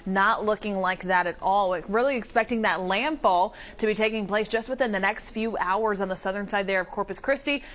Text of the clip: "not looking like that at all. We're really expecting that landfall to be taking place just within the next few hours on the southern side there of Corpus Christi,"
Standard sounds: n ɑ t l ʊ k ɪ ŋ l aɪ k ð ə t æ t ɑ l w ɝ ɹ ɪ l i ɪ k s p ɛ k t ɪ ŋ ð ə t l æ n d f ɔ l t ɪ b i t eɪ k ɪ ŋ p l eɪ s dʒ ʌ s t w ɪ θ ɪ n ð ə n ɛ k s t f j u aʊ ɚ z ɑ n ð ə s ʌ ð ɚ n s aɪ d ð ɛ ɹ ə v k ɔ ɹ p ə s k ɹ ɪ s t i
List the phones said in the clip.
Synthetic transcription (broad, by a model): n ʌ t l ʊ k ɪ ŋ l aɪ k ð ə t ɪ t ɑ l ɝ ɹ ɪ l i ɪ k s p ɛ k t ɪ ŋ ð ə t l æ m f ɔ l t ɪ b i t eɪ k ɪ ŋ p l eɪ s dʒ ʌ s t w ɪ θ ɪ n ð ə n ɛ k s t f j u aʊ ɚ z n ð ə s ʌ ð ɚ n s aɪ d ð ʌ ɹ ə v k ɔ ɹ p ə s k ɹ ɪ s t i